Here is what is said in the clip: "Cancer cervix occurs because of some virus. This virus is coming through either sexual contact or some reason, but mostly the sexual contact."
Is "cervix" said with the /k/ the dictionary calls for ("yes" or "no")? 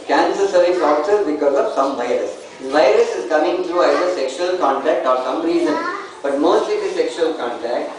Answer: no